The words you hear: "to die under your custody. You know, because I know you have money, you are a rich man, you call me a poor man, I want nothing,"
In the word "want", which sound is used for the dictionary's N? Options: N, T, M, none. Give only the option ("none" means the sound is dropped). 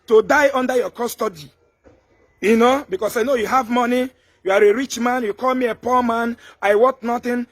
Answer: none